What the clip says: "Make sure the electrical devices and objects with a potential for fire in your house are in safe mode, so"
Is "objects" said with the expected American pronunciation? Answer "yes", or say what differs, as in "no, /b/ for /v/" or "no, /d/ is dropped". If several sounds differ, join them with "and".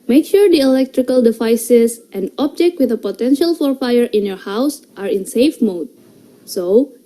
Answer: no, /s/ is dropped